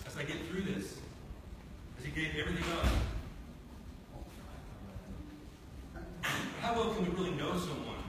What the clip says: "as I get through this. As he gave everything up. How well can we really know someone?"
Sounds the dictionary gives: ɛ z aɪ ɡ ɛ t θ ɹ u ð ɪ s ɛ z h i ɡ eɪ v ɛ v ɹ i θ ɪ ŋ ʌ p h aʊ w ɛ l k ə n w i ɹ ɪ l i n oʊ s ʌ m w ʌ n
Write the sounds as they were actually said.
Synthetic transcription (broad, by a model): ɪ z aɪ ɡ ɛ t θ ɹ u ð ɪ s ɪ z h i ɡ eɪ v ɛ v ɹ i θ ɪ ŋ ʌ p h aʊ w ɛ l k ə n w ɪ ɹ ɪ l i n oʊ s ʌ m w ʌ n